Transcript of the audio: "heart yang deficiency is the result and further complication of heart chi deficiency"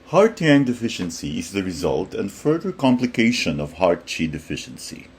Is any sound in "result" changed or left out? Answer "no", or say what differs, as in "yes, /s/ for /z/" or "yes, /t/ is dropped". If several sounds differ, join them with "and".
no